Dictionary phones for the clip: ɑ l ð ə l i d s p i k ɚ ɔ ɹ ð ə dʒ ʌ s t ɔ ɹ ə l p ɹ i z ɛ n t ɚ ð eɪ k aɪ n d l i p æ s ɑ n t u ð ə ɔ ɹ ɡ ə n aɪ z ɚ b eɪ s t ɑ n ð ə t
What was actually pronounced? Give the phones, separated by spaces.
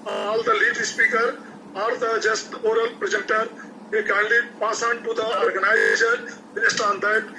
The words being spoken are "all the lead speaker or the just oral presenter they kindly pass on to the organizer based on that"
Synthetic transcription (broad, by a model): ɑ l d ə l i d s p i k ɚ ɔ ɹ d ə dʒ ʌ s t ɔ ɹ ə l p ɹ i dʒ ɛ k t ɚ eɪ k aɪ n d i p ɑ s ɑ n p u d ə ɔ ɹ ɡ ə n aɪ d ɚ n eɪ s t ɑ n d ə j